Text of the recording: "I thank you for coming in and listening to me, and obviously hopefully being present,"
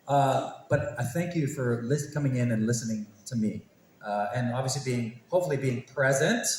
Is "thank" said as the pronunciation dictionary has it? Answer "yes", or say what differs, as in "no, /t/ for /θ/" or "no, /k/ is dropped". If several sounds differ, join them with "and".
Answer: yes